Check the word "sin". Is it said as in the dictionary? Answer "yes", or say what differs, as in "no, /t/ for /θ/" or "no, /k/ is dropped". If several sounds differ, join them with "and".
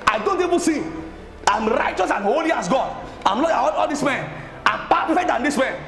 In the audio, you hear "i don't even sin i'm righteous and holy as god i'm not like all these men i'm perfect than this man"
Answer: no, /n/ is dropped